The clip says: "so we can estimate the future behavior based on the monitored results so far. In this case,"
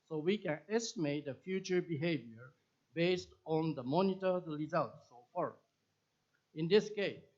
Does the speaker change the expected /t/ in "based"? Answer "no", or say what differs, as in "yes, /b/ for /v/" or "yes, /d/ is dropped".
no